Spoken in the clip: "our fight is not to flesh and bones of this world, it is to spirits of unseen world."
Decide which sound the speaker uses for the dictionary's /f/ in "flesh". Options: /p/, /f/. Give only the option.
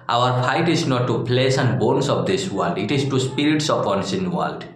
/p/